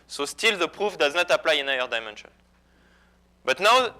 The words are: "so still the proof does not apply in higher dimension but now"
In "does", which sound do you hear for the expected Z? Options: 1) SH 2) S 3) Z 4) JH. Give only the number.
3